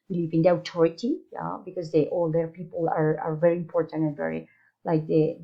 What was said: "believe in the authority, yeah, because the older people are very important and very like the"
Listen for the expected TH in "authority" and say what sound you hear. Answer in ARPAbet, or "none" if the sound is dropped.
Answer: T